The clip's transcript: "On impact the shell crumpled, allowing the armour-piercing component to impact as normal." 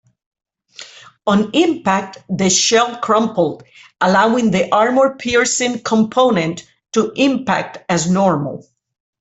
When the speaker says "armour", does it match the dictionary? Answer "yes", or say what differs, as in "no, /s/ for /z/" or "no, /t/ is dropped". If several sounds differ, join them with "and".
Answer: yes